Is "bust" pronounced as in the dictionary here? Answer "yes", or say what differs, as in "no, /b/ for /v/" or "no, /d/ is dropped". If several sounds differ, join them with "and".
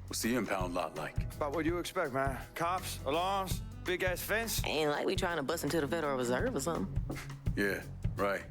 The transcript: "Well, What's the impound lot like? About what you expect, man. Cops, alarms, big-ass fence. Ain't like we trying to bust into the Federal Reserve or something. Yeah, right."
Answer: no, /t/ is dropped